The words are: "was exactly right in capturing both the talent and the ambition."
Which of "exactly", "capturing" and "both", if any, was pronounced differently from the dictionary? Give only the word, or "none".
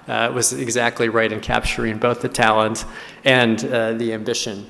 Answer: none